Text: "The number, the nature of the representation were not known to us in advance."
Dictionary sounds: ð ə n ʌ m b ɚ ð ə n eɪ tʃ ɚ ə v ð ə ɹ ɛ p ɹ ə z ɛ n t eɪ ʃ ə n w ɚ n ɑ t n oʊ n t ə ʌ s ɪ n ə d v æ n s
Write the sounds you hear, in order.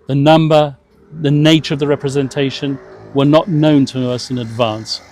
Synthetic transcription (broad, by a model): ð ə n ʌ m b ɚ ð ə n eɪ tʃ ɚ ə v ð ə ɹ ɛ p ɹ ə z ɛ n t eɪ ʃ ə n w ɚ n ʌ t n oʊ n t ə ʌ s ɪ n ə d v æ n s